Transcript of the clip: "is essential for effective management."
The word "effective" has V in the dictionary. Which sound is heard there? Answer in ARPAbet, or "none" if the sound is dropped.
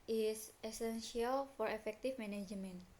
F